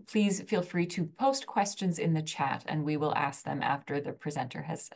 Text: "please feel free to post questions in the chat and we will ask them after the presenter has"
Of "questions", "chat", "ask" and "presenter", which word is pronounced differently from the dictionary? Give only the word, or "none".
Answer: none